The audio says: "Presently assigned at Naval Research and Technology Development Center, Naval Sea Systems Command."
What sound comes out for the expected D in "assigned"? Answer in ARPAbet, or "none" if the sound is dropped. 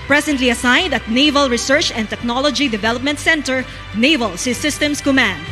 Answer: D